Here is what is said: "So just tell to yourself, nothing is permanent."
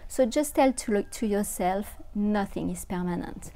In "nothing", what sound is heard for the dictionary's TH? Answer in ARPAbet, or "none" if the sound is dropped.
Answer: TH